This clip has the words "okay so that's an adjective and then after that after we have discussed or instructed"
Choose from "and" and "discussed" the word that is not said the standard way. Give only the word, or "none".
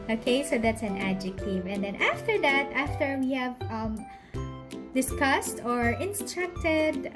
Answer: none